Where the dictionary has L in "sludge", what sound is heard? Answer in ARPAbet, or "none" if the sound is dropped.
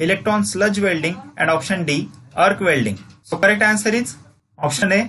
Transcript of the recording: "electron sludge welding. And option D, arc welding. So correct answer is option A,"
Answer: L